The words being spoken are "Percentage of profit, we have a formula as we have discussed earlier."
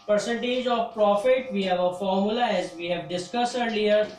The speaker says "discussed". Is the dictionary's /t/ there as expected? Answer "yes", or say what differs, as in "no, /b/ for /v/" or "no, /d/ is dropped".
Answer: no, /t/ is dropped